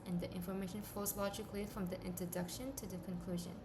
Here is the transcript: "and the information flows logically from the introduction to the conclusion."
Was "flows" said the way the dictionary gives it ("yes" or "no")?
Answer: no